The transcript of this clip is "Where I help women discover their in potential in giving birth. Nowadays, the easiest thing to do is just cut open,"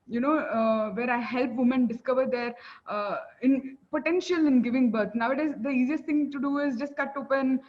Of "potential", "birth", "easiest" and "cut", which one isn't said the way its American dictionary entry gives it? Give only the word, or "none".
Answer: birth